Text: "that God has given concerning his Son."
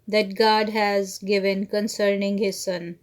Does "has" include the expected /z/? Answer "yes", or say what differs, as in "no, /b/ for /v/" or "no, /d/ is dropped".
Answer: yes